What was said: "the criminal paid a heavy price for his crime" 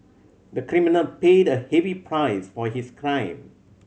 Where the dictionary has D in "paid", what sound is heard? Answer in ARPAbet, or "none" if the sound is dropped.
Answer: D